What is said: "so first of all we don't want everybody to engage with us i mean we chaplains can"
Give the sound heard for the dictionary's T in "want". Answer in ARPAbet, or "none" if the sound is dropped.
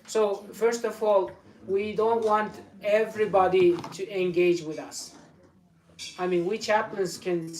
T